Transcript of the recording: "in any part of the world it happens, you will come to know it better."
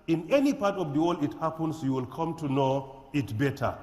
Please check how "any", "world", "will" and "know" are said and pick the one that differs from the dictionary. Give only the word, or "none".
world